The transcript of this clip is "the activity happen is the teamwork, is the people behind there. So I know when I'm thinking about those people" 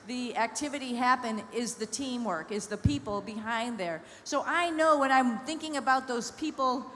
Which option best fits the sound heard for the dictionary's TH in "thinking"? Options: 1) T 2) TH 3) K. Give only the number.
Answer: 2